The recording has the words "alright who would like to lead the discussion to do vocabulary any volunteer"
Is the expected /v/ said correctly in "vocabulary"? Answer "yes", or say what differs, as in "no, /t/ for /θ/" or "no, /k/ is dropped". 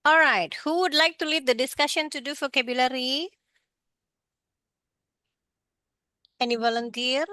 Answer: no, /f/ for /v/